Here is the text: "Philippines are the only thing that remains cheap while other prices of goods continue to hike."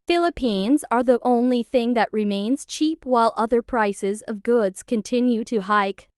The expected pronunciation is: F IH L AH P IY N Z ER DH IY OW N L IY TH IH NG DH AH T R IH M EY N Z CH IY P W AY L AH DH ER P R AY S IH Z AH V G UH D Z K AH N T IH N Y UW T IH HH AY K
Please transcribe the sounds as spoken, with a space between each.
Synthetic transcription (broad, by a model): F IH L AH P IY N Z ER DH IY OW N L IY TH IH NG DH AH T R IH M EY N Z CH IY P W AY L AH DH ER P R AY S IH Z AH V G UH D Z K AH N T IH N Y UW T IH HH AY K